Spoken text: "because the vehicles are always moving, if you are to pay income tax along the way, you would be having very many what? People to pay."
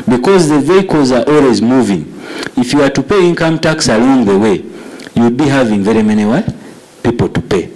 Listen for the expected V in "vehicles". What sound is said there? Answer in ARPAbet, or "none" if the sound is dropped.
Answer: V